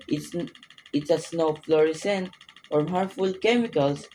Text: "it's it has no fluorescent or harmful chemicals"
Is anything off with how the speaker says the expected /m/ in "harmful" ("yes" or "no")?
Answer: yes